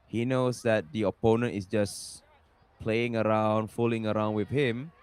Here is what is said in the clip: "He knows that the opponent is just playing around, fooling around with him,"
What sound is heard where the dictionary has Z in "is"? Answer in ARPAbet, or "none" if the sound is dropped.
S